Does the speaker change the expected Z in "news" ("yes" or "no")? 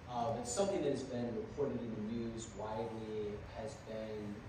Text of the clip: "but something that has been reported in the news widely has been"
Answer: no